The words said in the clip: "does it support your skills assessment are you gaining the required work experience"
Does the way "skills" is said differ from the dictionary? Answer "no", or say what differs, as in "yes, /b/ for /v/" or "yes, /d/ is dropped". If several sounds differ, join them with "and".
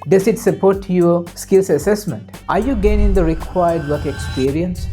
yes, /s/ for /z/